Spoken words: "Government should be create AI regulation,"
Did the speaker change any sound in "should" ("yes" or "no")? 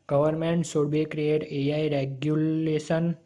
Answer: yes